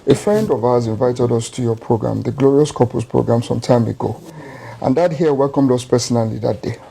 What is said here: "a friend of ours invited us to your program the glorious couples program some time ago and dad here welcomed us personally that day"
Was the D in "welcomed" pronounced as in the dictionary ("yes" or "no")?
yes